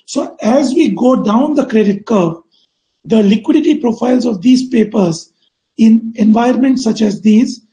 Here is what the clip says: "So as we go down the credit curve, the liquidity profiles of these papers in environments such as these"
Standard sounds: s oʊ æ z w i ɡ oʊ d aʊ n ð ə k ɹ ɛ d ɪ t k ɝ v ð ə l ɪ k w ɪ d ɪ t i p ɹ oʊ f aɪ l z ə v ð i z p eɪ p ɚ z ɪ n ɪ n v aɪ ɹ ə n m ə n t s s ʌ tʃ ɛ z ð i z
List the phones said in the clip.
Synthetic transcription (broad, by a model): s oʊ æ z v i ɡ oʊ d aʊ n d ə k ɹ ɛ d ɪ t k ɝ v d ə l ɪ k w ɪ d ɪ t i p ɹ oʊ f aɪ l z ə v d i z p eɪ p ɚ z ɪ n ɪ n v aɪ ə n m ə n t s s ʌ tʃ ɛ z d i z